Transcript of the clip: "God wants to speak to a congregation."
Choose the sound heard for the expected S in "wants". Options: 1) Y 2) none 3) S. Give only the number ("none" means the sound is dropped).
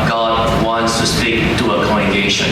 3